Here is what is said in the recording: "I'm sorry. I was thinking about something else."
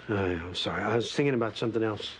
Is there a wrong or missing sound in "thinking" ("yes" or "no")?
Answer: no